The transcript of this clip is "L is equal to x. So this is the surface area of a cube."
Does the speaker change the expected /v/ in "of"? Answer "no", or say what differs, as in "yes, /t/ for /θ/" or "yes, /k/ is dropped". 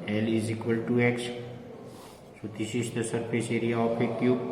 yes, /p/ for /v/